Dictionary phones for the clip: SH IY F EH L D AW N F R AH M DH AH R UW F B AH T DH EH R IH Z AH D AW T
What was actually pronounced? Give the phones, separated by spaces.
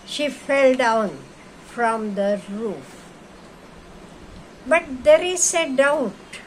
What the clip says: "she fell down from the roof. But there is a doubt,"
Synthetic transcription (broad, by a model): SH IY F EH L D AW N F R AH M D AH R UW F B AH T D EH R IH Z AH D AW T